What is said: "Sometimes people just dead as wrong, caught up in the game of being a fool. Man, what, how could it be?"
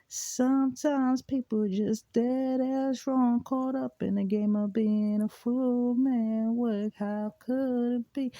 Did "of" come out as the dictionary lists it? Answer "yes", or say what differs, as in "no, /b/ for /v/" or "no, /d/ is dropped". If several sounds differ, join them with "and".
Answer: yes